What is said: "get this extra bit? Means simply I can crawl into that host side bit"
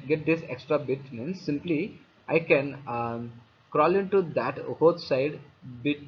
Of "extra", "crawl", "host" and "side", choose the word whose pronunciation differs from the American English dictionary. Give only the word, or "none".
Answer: host